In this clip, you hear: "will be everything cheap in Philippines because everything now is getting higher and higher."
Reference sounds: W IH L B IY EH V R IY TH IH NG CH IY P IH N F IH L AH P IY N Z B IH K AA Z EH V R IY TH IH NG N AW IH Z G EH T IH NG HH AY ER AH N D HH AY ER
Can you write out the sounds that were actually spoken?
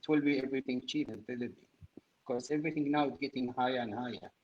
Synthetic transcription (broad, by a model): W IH L B IY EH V R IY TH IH NG CH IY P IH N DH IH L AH B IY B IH K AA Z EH V R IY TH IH NG N AW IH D G EH T IH NG HH AY ER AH N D HH AY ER